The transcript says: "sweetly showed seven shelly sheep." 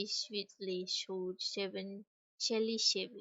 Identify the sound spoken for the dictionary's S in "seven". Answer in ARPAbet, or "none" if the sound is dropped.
SH